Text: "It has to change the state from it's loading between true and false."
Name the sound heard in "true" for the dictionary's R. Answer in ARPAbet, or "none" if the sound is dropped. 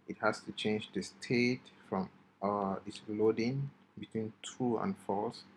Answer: none